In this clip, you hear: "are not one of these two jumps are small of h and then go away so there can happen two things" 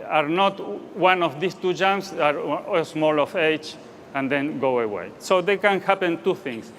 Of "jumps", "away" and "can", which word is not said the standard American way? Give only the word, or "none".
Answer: jumps